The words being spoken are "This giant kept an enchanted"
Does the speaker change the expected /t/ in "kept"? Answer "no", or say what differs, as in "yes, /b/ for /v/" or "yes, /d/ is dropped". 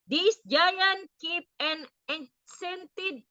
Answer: yes, /t/ is dropped